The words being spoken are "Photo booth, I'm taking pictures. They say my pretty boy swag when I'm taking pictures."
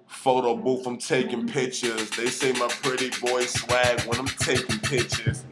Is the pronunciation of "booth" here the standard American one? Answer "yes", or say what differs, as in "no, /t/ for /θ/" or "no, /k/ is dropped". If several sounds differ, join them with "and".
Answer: no, /f/ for /θ/